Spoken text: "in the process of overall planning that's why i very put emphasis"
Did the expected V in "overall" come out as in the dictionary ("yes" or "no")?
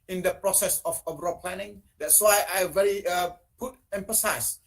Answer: no